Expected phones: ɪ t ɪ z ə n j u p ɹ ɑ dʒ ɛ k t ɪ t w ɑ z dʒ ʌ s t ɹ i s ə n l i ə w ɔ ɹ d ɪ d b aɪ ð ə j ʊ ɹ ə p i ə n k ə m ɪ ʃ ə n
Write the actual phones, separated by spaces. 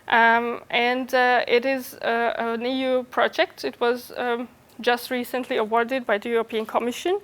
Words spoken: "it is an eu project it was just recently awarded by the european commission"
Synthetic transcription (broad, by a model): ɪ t ɪ z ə n j u p ɹ ɑ dʒ ɛ k t ɪ t w ɑ z dʒ ʌ s t ɹ i s ə n l i ə w ɔ ɹ d ɪ d b aɪ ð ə j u ɹ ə p i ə n k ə m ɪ ʃ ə n